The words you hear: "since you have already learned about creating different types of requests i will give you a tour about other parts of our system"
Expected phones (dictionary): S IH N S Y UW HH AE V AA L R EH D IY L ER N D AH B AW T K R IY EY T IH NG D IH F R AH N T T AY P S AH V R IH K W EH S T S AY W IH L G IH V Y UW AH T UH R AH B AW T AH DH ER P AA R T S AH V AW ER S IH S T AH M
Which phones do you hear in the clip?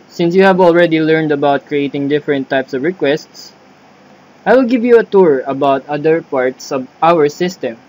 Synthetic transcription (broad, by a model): S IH N S Y UW HH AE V AA L R EH D IY L ER N D AH B AW T K R IY EY T IH NG D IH F R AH N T T AY P S AH V R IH K W EH S T S AY W IH L G IH V Y UW AH T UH R AH B AW T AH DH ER P AA R T S AH V AW ER S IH S T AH M